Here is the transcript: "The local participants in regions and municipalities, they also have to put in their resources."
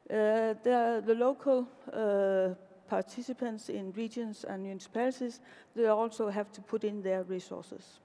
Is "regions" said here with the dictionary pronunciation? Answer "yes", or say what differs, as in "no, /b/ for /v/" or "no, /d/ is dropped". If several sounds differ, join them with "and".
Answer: no, /s/ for /z/